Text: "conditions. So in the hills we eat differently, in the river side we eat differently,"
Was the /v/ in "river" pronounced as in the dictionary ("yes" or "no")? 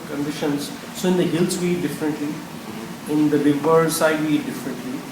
no